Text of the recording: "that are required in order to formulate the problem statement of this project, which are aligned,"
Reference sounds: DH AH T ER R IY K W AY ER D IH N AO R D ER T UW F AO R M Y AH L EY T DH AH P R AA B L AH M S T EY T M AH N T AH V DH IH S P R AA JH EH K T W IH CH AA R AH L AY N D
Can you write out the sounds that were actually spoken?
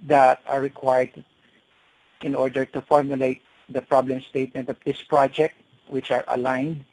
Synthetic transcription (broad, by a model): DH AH T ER R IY K W AY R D IH N AO R D ER T UW F AO R M Y AH L EY T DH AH P R AA B L AH M S T EY T M AH N T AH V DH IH S P R AA JH EH K T W IH CH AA R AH L AY N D